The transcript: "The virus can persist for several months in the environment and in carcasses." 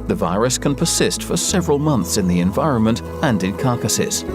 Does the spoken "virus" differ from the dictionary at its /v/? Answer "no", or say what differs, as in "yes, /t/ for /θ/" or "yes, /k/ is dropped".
no